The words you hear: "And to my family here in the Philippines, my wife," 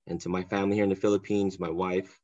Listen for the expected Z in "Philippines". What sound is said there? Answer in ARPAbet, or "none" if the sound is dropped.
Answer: Z